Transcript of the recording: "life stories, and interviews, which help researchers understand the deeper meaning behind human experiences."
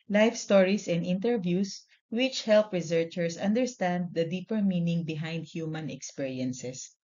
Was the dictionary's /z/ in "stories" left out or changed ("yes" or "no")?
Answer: yes